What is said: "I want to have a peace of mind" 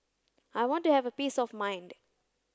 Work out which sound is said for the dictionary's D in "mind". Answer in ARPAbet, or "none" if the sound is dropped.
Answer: D